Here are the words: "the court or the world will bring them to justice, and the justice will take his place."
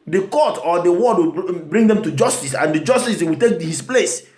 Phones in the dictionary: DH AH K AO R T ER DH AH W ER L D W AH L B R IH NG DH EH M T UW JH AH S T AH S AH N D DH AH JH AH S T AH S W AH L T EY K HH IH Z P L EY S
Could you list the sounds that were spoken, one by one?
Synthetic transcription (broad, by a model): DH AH K AO T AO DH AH W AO D W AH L B R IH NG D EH M T UW JH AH S T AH S AH N D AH JH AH S T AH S W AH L T EY K HH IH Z P L EY S